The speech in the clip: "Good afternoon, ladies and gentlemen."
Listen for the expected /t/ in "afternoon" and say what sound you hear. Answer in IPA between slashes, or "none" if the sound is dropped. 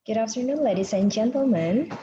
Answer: /s/